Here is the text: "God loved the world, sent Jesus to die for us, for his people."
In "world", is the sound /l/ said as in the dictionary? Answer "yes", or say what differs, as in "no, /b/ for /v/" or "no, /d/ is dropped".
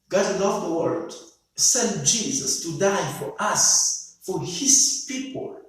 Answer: no, /l/ is dropped